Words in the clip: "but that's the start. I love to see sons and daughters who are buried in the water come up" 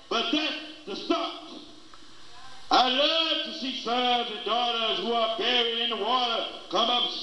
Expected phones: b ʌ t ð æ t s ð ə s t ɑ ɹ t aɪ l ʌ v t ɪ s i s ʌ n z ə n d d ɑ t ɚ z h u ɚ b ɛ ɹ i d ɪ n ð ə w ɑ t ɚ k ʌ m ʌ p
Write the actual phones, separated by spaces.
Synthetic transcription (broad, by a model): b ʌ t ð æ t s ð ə s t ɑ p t aɪ l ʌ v t ɪ s i s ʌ z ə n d d ɑ t ɚ z h u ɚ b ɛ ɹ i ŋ ɪ n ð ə w ɑ t ɚ k ʌ m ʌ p